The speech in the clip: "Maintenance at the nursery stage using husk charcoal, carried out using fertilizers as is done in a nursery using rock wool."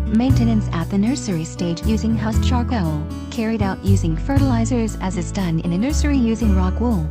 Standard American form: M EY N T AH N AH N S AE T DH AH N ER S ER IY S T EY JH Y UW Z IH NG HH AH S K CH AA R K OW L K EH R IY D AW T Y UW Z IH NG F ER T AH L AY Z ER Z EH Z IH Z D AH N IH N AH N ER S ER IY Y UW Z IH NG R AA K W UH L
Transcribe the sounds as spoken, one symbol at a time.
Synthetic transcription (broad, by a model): M EY N T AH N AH N S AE T DH AH N ER S ER IY S T EY JH Y UW Z IH NG HH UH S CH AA R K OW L K EH R IY D AW T Y UW Z IH NG F ER T AH L AY Z ER Z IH Z IH Z D AH N IH N AH N ER S ER IY Y UW Z IH NG R AA K W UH L